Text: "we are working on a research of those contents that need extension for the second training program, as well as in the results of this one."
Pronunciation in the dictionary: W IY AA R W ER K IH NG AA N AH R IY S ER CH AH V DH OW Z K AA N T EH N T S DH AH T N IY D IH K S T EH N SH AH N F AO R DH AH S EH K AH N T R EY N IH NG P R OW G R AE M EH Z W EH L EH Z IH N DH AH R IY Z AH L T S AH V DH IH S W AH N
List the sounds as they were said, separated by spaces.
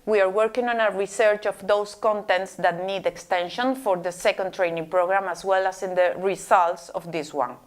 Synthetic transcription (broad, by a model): W IY AA R W ER K IH NG AA N AH R IY S ER CH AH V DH OW S K AA N T EH N T S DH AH T N IY D IH K S T EH N SH AH N F AO R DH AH S EH K AH N T R EY N IH NG P R OW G R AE M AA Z W EH L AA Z IH N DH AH R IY S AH L T S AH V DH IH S W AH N